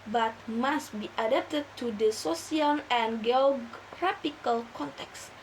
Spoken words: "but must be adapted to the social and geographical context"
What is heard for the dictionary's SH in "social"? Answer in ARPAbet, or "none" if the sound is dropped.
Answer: S